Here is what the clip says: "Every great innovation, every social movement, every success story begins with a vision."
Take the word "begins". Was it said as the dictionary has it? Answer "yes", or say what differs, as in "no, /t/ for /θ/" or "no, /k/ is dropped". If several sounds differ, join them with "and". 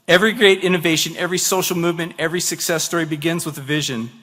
yes